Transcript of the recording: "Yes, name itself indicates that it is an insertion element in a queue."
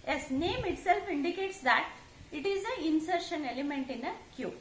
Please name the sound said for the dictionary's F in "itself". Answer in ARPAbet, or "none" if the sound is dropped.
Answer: F